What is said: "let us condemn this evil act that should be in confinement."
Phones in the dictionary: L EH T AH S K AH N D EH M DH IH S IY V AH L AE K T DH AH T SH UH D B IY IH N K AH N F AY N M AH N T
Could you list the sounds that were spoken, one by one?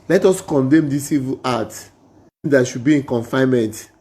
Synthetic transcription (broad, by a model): L EH T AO S K AH N D EH M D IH S IY V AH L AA T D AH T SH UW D B IY IH N K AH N F AY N M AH N T